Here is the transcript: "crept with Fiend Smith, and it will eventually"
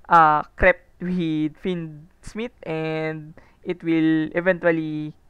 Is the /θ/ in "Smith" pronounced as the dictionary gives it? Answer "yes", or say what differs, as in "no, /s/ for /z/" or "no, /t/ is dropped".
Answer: no, /t/ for /θ/